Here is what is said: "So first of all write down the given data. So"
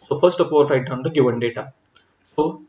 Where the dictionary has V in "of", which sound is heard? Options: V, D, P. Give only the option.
P